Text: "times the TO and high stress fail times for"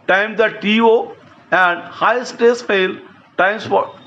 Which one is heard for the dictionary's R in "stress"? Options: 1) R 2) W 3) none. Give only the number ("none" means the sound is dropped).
3